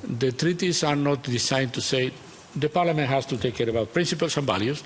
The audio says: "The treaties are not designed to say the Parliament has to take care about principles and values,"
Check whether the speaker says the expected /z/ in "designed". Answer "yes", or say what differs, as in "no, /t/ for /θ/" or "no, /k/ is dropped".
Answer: no, /s/ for /z/